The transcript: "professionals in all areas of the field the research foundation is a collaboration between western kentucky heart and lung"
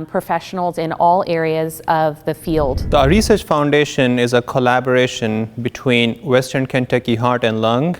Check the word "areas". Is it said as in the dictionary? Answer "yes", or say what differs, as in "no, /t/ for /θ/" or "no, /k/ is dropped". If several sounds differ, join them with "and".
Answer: yes